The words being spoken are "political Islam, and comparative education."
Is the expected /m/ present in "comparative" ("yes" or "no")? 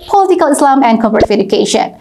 no